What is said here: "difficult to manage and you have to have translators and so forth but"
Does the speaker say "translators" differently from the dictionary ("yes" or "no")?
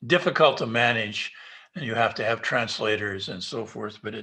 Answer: no